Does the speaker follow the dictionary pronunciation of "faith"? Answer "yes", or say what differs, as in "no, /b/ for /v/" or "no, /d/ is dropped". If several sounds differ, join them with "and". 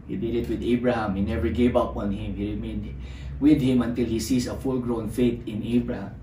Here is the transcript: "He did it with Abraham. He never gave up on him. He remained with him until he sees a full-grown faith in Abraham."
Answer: no, /t/ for /θ/